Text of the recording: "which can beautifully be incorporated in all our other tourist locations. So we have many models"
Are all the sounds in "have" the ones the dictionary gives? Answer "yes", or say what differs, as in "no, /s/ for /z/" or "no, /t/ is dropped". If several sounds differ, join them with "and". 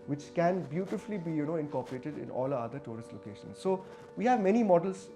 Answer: yes